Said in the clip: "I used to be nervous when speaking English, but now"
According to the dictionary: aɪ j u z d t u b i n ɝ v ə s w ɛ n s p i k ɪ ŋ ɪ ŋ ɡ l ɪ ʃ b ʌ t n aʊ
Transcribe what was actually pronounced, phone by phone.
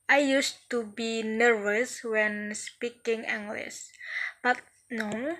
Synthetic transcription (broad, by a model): aɪ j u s t u b i n ɝ v ə s w ɛ n s p i k ɪ ŋ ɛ ŋ ɡ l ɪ s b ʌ t n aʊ